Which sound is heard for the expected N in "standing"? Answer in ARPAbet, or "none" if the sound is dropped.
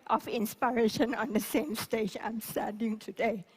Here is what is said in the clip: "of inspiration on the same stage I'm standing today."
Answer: none